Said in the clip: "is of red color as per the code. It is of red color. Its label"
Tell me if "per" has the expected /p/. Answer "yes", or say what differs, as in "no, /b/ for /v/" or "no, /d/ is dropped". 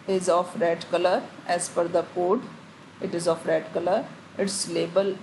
no, /f/ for /p/